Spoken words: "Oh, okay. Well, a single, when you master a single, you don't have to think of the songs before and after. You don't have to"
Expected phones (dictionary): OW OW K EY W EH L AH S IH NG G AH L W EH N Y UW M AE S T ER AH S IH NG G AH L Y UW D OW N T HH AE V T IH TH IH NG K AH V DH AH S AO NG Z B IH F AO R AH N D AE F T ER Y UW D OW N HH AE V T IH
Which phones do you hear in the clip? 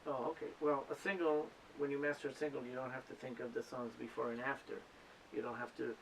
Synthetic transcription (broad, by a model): OW OW K EY W EH L AH S IH NG G L W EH N Y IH M AE S T ER AH S IH NG G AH L Y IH D OW N T HH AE F T IH TH IH NG K AH V DH AH S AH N Z B IH F AO R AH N AE F T ER Y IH D OW N HH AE F T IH